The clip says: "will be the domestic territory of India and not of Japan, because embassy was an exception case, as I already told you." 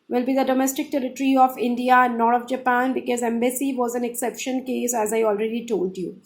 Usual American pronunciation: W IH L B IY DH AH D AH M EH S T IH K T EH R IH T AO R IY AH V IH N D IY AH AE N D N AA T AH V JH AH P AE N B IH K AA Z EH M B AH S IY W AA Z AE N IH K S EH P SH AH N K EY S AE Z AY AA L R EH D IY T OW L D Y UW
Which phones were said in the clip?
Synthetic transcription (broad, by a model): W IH L B IY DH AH D AH M EH S T IH K T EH R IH T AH R IY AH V IH N D IY AH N N AA T AH V JH AH P AE N B IH K AA Z EH M B AH S IY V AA Z AE N IH K S EH P SH AH N K EY S AE Z AY AA L R EH D IY T OW L D Y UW